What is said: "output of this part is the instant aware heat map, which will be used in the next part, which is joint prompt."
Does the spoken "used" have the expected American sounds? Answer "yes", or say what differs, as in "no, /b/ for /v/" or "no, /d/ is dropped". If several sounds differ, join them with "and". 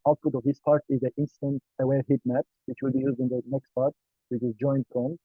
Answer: yes